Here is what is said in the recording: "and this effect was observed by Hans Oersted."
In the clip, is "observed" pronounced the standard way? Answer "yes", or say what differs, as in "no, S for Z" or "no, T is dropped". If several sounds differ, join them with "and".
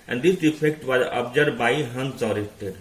no, V is dropped